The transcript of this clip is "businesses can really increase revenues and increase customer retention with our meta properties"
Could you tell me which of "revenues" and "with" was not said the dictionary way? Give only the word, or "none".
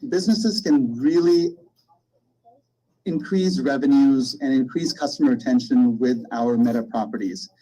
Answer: none